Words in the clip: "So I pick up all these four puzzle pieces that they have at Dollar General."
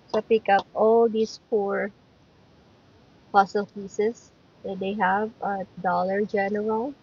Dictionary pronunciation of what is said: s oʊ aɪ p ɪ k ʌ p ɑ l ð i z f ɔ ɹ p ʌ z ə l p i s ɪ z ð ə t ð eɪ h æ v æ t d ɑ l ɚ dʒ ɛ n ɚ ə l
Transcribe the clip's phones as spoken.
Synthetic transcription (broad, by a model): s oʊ p ɪ k ʌ p ɑ l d i s f ɔ ɹ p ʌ s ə l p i s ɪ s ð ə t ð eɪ h æ v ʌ d ɑ l ɚ dʒ ɛ n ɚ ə l